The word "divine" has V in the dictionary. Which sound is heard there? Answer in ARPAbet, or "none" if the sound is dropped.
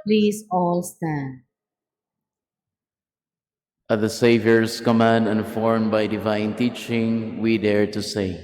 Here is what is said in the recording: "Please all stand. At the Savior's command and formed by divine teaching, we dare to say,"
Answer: V